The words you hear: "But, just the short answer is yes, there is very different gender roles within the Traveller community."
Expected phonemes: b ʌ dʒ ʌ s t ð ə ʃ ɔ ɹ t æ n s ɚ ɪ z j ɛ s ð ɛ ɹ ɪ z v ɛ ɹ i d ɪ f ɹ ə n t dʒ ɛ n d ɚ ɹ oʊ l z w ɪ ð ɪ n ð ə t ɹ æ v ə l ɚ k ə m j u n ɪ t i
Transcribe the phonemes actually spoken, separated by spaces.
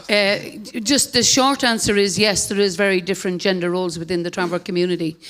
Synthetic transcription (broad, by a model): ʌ dʒ ʌ s t ð ə ʃ ɔ ɹ t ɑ n s ɚ ɪ z j ɛ s ð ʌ ɹ ɪ z v ɛ ɹ i d ɪ f ɹ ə n dʒ ɛ n d ɚ ɹ oʊ l z w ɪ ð ɪ n ð ə t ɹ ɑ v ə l k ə m j u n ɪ t i